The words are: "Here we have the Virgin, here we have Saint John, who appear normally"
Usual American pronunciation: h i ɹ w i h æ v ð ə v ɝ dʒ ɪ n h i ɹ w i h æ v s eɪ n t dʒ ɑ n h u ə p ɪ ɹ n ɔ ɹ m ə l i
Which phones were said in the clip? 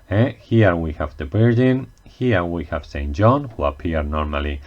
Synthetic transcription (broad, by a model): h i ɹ w i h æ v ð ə b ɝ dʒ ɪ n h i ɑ w i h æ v s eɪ n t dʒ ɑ n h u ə p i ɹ n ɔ ɹ m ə l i